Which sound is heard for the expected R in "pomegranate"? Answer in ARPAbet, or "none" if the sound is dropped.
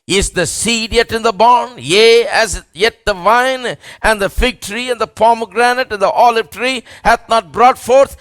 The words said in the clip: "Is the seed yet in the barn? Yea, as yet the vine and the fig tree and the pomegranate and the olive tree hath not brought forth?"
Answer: R